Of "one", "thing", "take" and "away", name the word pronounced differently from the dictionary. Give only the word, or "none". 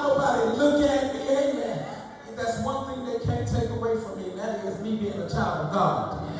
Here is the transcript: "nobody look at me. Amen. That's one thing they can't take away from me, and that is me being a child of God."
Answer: none